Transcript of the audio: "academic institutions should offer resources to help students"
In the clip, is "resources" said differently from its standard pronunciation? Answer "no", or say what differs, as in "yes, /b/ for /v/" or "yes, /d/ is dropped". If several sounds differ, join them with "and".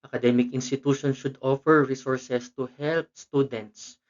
yes, /s/ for /z/